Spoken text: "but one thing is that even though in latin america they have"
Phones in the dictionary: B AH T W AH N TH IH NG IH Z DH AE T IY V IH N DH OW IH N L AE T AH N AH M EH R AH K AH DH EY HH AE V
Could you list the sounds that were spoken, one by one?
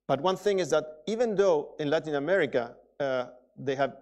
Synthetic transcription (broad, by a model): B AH T W AH N TH IH NG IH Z DH AE T IY V IH N DH OW IH N L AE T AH N AH M EH R AH K AH DH EY HH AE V